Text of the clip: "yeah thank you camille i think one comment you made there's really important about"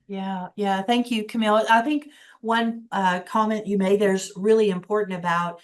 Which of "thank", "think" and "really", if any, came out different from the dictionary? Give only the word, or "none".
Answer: none